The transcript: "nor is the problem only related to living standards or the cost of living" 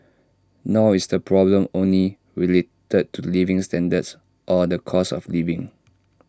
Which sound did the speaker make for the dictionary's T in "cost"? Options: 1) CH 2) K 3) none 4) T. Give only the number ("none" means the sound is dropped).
3